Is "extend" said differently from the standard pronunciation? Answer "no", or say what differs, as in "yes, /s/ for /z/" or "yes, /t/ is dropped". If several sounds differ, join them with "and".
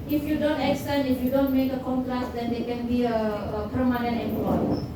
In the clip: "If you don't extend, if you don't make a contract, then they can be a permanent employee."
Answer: yes, /d/ is dropped